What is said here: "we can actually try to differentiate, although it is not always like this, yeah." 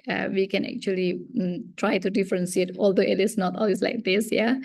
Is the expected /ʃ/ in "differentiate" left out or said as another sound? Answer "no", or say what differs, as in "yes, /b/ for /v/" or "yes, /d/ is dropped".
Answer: yes, /s/ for /ʃ/